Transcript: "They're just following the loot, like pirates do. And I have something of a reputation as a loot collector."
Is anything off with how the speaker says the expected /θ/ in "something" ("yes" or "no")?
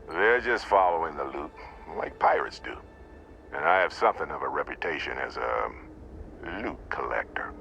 no